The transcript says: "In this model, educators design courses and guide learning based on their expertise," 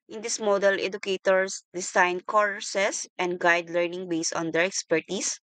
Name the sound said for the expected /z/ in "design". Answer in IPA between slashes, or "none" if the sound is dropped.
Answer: /s/